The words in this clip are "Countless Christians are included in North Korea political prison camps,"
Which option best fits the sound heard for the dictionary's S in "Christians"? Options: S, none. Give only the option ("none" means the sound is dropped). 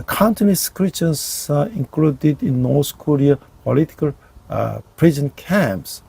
none